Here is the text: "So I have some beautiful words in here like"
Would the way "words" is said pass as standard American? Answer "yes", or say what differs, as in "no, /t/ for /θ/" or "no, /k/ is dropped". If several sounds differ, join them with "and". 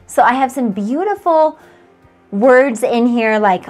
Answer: yes